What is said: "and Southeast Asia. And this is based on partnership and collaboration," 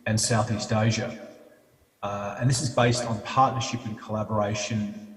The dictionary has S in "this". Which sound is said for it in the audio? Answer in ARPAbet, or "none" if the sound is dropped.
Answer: S